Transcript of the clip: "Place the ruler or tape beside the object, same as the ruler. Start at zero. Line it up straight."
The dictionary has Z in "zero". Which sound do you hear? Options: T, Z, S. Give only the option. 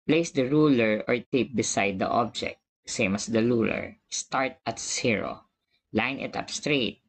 S